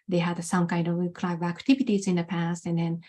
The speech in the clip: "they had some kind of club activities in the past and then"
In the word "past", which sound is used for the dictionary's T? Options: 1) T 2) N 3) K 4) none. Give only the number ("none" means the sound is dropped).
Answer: 1